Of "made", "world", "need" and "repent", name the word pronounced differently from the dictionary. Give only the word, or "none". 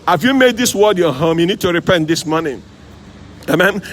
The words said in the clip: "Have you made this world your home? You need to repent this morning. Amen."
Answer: world